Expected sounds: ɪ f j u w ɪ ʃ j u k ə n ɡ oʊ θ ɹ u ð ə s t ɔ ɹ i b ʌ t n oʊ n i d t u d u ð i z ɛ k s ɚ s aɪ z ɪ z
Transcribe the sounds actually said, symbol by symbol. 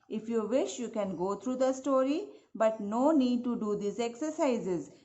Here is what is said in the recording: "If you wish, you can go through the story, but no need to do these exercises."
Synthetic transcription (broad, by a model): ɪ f j u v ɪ ʃ j u k ə n ɡ oʊ t ɹ u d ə s t ɔ ɹ i b ʌ t n oʊ n i d t u d u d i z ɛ k s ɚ s aɪ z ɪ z